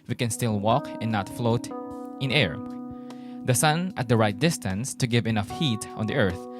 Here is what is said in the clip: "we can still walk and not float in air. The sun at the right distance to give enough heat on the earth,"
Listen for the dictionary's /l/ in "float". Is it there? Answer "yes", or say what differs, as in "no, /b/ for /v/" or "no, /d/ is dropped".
yes